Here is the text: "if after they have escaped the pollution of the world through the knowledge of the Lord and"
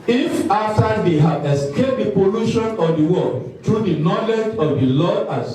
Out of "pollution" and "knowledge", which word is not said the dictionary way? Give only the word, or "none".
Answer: none